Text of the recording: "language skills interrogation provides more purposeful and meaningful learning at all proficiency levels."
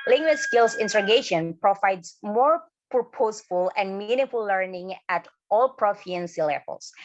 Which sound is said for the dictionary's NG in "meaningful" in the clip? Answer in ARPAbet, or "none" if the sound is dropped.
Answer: none